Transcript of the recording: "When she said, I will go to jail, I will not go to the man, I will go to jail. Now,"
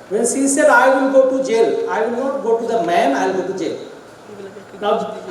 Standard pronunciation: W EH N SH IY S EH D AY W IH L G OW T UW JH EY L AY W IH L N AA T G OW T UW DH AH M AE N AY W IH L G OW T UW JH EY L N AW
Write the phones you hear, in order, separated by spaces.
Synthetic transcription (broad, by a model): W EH N S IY S EH D AY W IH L G OW T UW JH EY L AY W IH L N AA T G OW T UW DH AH M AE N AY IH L G OW T UW JH EY L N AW